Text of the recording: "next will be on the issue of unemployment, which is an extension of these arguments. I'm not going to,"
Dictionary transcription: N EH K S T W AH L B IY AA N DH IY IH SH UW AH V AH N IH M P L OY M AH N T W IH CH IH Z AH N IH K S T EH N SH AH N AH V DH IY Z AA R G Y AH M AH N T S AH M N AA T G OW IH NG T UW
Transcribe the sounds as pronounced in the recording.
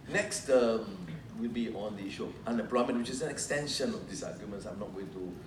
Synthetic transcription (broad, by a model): N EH K S T W AH L B IY AA N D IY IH SH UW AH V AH N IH M P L OY M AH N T W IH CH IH S AH N IH K S T EH N SH AH N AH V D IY S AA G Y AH M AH N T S AH M N AA T G OW IH NG T UW